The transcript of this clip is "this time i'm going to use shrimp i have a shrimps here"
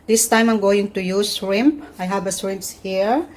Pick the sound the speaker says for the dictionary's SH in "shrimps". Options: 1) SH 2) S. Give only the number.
2